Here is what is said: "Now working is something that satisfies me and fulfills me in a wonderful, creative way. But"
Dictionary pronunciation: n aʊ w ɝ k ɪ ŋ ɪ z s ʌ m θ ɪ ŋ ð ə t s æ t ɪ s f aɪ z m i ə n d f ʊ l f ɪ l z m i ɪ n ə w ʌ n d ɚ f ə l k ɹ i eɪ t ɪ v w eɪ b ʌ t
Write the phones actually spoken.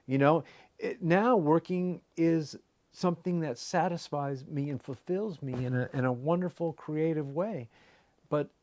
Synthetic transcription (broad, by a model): n aʊ w ɝ k ɪ ŋ ɪ z s ʌ m θ ɪ ŋ ð ə t s æ t ɪ s f aɪ z m i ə n f l f ɪ l z m i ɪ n ə w ʌ n d ɚ f l k ɹ i eɪ t ɪ v w eɪ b ʌ t